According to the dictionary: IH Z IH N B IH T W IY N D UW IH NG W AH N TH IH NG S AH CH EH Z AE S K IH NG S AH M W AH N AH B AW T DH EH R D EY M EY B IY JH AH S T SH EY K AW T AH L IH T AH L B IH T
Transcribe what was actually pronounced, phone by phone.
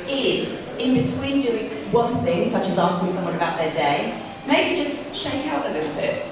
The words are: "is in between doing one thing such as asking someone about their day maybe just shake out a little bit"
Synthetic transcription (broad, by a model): IH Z IH N B IH T W IY N D UW IH NG W AH N TH IH NG S AH CH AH Z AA S K IH NG S AH M W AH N AH B AW T DH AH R D EY M EY B IY JH AH S T SH EY K AW T AH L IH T L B IH T